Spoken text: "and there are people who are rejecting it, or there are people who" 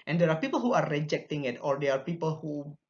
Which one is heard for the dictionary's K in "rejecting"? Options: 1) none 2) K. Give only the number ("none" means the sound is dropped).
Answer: 2